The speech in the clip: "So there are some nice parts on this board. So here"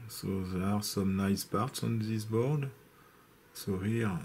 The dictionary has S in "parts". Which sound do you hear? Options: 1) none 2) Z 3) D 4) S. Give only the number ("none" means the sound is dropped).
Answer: 4